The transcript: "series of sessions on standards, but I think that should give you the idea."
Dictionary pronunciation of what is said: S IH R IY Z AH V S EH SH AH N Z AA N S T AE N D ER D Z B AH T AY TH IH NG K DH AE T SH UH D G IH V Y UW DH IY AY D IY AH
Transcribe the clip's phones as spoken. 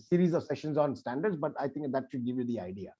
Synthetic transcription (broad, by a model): S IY R IY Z AH V S EH SH AH N Z AA N S T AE N D ER D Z B AH T AY T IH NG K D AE T SH UH D G IH V Y UW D IY AY D IY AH